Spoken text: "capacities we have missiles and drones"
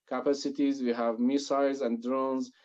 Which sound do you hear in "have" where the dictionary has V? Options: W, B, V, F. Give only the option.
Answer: V